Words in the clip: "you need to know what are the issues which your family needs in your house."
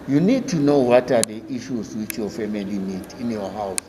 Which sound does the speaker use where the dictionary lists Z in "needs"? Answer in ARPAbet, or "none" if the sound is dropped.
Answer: none